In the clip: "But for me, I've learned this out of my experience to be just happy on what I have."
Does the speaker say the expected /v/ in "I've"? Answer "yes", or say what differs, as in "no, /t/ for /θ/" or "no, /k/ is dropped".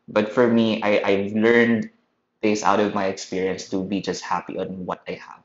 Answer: yes